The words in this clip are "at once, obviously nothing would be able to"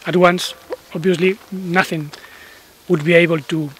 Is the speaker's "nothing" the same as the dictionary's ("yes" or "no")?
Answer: yes